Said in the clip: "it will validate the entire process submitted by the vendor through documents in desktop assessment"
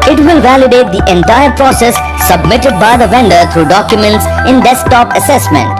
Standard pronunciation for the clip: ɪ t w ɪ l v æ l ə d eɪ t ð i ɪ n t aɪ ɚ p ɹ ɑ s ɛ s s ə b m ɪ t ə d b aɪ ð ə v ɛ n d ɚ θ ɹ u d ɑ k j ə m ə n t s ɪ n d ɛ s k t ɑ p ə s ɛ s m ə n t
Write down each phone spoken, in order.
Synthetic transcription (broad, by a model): ɪ t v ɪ l v æ l ə d eɪ t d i ɪ n t aɪ ɚ p ɹ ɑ s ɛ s s ə b m ɪ t ə d b aɪ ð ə v ɛ n d ɚ t ɹ u d ɑ k j ə m ə n t s ɪ n d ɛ s t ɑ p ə s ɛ s m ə n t